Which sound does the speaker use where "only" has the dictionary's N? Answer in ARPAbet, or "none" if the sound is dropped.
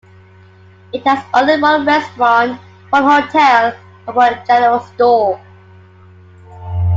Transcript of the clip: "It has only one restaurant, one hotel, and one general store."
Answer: none